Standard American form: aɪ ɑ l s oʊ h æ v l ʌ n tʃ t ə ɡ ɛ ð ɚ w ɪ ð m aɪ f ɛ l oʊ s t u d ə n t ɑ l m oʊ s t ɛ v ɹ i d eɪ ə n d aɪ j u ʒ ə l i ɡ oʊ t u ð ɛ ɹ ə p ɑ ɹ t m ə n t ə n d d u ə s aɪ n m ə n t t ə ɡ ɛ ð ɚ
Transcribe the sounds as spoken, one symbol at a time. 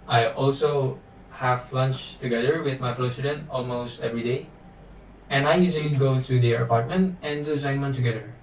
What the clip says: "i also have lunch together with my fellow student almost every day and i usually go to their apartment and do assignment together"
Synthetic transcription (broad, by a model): aɪ ɑ l s oʊ h æ v l ʌ n tʃ t ə ɡ ɛ ð ɚ w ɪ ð m aɪ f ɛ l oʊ s t u d ə n t ɑ l m oʊ s t ɛ v ɹ i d eɪ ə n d aɪ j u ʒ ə l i ɡ oʊ t u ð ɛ ə p ɑ ɹ t m ə n t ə n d d u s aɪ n m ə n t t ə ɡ ɛ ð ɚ